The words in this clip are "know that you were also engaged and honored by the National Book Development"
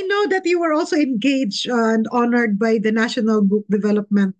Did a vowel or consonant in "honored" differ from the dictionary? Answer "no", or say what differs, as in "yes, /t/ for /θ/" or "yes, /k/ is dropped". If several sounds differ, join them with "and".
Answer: no